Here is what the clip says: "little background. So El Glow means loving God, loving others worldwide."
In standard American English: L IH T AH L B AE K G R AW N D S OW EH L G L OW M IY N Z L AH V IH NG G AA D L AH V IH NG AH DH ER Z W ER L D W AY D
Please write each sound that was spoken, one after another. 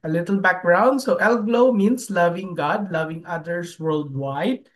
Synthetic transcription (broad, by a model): L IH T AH L B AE K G R AW N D S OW EH L G L OW M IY N S L AH V IH NG G AA D L AH V IH NG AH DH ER S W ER L D W AY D